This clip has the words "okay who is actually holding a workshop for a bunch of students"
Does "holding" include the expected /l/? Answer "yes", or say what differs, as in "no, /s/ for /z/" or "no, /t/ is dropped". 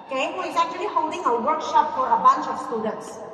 no, /l/ is dropped